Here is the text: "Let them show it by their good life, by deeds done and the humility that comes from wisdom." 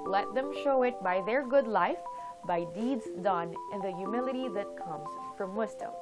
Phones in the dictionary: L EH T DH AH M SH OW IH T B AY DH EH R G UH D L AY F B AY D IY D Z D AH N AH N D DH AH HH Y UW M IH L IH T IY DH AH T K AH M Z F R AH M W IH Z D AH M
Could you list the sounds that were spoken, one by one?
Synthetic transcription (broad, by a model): L EH T DH AH M SH OW IH T B AY DH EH R G UH D L AY F B AY D IY D Z D AH N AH N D DH AH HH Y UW M IH L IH T IY DH AH T K AH M Z F R AH M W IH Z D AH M